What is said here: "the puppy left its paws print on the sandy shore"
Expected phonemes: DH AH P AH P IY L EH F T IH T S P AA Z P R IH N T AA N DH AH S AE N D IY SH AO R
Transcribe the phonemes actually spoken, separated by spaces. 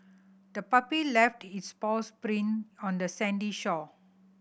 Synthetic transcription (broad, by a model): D AH P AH P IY L EH F T IH T S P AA S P R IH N AA N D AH S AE N D IY SH AO